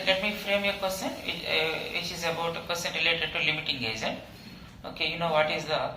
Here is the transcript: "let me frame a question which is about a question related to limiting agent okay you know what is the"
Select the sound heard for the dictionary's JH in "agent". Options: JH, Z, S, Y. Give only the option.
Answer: Z